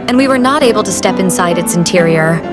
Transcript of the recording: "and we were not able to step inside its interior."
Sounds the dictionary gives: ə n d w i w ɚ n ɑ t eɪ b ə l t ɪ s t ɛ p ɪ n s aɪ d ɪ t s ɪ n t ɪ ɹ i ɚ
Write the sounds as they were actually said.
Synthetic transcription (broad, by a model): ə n w i w ɚ n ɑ t eɪ b ə l t ɪ s t ɛ p ɪ n s aɪ d ɪ t s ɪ n t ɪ ɹ i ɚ